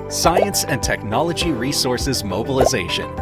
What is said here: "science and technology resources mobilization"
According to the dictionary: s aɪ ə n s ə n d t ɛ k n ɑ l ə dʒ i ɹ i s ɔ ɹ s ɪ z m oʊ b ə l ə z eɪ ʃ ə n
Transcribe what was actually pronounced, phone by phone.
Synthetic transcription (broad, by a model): s aɪ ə n s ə n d t ɛ k n ɑ l ə dʒ i ɹ i s ɔ ɹ s ɪ z m oʊ b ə l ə z eɪ ʃ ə n